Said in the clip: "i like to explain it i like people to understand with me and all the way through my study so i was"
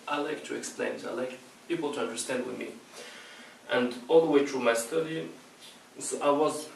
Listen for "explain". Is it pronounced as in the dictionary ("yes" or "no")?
yes